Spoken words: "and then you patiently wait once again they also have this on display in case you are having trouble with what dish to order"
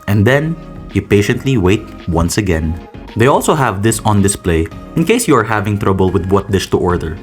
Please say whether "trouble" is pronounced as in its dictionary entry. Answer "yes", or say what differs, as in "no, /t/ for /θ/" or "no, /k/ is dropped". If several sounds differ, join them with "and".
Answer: yes